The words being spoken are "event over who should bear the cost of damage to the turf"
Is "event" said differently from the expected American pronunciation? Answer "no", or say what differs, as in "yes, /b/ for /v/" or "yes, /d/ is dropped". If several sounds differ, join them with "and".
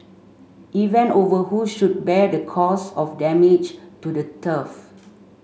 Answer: yes, /t/ is dropped